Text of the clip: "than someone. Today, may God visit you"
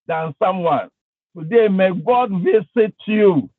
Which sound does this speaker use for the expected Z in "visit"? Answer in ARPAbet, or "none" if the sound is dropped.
S